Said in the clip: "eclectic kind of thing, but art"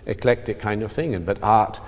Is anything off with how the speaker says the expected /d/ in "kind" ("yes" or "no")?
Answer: no